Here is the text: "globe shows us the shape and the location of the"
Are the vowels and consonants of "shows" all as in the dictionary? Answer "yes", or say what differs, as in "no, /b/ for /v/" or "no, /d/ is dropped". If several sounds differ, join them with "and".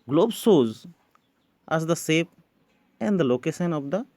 no, /s/ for /ʃ/